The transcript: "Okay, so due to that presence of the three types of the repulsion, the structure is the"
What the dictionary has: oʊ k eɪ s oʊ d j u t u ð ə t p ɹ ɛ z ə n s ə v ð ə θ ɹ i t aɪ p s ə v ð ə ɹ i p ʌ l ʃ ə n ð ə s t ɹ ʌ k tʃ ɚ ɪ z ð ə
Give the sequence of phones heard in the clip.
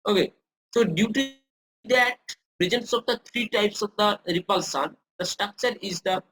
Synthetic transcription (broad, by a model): oʊ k eɪ s oʊ d j u t u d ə t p ɹ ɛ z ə n s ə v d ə t ɹ i t aɪ p s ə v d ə ɹ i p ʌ l s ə n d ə s t ɹ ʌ k tʃ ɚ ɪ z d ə